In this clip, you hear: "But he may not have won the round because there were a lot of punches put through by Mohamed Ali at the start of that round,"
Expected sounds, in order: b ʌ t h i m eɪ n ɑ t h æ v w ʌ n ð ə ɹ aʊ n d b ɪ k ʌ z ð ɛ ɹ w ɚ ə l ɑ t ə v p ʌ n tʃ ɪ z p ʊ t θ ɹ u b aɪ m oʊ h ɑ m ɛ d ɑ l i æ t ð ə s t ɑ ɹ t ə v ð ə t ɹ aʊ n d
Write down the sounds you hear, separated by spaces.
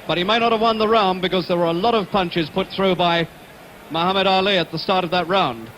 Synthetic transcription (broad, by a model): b ʌ t h i m eɪ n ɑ t h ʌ v w ʌ n ð ə ɹ aʊ n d b ɪ k ʌ z ð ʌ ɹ w ɚ ə l ɑ t ə v p ʌ n tʃ ɪ z p ʊ t θ ɹ u b aɪ m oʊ h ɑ m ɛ d ɑ l i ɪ t ð ə s t ɑ ɹ t ə v ð ə t ɹ aʊ n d